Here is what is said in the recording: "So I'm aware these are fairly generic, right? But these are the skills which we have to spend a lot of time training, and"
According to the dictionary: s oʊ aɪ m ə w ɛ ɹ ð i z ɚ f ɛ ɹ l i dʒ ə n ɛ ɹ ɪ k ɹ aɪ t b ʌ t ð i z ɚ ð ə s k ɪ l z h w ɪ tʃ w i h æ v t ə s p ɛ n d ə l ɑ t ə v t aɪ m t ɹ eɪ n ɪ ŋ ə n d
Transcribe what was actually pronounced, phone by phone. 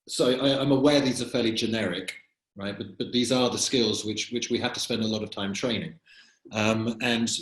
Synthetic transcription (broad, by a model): s oʊ aɪ m ə w ɛ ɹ ð i z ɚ f ɛ l i dʒ ə n ɛ ɹ ɪ k ɹ aɪ t b ʌ t ð i z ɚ ð ə s k ɪ l z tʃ w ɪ tʃ w i h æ f t ə s p ɛ n d ə l ɑ t ə v t aɪ m t ɹ eɪ n ɪ ŋ ə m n